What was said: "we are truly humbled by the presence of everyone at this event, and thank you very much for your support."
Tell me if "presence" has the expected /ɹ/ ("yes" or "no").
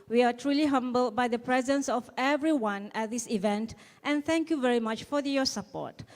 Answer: yes